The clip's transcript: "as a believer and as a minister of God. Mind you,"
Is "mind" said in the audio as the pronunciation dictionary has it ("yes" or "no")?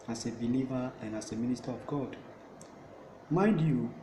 no